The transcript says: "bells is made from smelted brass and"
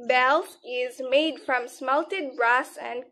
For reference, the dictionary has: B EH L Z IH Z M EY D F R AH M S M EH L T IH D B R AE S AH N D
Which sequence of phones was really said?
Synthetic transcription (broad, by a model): B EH L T IH Z M EY D F R AH M S M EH L T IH D B R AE S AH N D